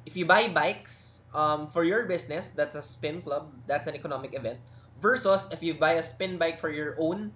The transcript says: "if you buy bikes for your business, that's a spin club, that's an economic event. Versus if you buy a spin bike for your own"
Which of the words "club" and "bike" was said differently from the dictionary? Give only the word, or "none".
none